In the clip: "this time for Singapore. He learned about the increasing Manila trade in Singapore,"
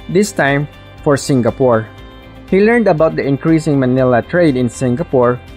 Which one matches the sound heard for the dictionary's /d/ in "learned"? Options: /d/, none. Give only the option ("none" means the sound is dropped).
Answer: /d/